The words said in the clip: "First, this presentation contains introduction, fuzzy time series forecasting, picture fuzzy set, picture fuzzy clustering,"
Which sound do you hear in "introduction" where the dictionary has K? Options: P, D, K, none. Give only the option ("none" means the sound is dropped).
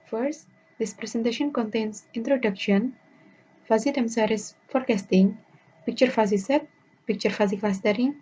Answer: K